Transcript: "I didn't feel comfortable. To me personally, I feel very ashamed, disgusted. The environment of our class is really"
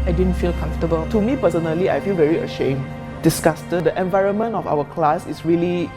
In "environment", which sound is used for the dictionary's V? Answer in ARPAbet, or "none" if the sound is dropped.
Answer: V